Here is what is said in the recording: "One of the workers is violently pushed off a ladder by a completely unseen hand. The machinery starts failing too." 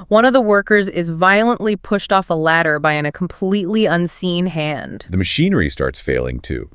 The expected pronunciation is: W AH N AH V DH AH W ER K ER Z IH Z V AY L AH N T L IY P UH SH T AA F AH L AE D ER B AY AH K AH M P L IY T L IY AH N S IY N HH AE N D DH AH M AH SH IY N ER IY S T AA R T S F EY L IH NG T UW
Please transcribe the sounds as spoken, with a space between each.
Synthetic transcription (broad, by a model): W AH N AH V DH AH W ER K ER Z IH Z V AY L AH N T L IY P UH SH T AA F AH L AE D ER B AY AH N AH M P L IY T L IY AH N S IY N HH AE N D DH AH M AH SH IY N ER IY S T AA R T S F EY L IH NG T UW